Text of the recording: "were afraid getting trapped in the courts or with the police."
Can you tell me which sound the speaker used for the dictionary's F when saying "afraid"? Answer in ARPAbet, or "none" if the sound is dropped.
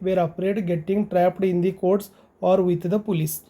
P